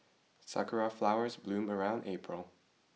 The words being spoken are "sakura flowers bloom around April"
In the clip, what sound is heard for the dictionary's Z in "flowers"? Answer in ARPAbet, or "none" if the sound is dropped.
Z